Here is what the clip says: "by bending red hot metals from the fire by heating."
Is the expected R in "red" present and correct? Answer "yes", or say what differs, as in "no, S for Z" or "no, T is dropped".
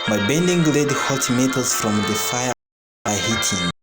no, L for R